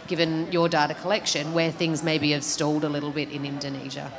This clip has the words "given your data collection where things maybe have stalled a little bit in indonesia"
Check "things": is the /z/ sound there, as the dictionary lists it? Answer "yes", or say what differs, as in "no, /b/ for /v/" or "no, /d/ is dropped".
yes